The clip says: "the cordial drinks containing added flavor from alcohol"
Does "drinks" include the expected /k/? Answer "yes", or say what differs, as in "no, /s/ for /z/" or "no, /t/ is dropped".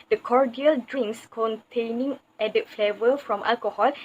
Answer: no, /k/ is dropped